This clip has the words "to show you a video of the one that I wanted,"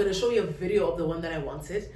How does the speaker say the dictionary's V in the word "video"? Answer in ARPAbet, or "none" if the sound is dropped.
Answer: V